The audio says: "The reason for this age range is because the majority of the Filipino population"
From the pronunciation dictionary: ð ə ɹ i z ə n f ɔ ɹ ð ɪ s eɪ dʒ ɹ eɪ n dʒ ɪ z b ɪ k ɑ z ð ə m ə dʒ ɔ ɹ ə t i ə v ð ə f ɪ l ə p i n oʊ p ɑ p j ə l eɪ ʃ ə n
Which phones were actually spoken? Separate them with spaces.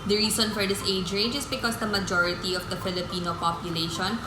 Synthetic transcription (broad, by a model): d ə ɹ i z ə n f ɔ ɹ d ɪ s eɪ dʒ ɹ eɪ dʒ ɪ s b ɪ k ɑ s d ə m ə dʒ ɔ ɹ ə t i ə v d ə f ɪ l ə p i n oʊ p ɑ p j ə l eɪ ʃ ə n